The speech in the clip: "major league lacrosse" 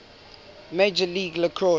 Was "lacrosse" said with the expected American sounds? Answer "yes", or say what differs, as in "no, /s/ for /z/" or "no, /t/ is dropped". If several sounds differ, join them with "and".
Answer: no, /s/ is dropped